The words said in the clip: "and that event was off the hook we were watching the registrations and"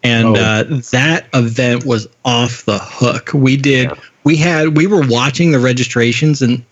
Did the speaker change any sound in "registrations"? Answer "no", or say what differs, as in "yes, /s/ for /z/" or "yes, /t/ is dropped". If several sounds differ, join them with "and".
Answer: no